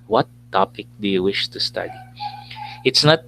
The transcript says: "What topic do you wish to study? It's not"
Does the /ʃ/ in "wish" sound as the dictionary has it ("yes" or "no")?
yes